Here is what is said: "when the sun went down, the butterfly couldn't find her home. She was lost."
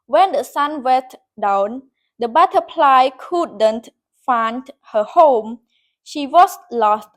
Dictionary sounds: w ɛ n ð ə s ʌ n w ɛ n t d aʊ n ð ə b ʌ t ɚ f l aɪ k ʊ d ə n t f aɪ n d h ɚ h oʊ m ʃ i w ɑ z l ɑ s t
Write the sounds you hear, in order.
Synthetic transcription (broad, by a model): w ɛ n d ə s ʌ n w ɛ n t d aʊ n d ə b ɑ t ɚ p l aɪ k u d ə n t f aɪ n d h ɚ h oʊ m ʃ i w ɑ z l ɑ s t